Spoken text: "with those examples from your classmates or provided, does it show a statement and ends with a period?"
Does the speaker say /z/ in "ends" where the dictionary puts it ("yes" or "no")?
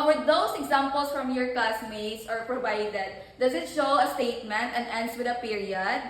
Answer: no